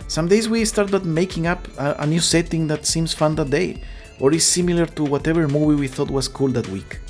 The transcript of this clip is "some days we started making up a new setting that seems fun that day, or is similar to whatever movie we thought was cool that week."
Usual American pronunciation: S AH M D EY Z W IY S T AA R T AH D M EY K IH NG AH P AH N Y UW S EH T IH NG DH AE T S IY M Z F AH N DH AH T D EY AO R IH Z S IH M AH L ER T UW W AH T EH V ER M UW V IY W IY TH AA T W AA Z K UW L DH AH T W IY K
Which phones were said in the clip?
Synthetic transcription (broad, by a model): S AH M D EY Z W IY S T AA R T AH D M EY K IH NG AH P AH N Y UW S EH T IH NG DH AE T S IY M S F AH N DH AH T D EY AO R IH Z S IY M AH L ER T UW W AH T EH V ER M UW V IY W IY TH AA T W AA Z K UW L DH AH T W IY K